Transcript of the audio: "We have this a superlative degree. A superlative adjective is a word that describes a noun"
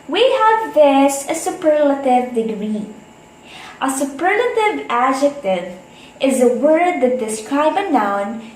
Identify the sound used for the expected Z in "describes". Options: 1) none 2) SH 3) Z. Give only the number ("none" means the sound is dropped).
1